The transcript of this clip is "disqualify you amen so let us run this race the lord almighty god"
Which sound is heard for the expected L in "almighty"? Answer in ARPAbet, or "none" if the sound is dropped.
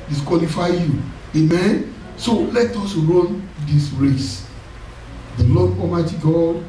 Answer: none